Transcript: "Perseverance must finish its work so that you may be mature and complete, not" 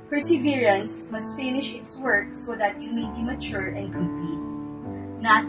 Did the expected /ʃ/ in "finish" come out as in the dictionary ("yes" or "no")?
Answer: yes